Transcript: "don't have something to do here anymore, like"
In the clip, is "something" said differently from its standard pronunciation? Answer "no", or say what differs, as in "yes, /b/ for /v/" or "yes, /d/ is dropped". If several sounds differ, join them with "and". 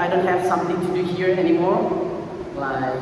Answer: yes, /t/ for /θ/